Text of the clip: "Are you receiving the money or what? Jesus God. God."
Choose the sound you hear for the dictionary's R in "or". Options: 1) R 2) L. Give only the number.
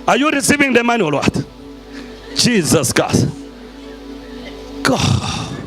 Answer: 2